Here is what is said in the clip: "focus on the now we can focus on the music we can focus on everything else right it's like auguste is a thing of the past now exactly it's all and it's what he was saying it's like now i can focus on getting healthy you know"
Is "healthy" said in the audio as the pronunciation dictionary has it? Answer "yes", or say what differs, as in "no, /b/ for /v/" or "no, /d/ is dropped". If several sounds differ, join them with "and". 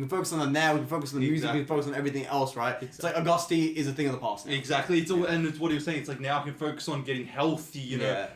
yes